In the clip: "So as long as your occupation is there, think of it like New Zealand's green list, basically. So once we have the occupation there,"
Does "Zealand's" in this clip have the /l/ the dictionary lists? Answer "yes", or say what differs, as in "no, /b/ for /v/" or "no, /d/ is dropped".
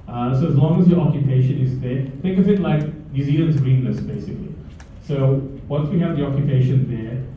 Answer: no, /l/ is dropped